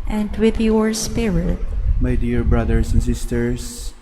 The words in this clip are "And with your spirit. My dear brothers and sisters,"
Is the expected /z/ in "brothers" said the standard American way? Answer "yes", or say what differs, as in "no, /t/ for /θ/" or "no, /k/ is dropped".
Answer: no, /s/ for /z/